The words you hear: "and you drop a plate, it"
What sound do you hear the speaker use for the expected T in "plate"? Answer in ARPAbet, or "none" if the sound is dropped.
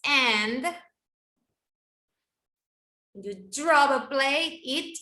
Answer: none